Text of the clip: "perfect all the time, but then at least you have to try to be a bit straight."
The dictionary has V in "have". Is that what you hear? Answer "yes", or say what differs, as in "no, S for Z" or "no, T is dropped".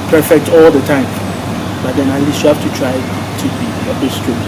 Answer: no, F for V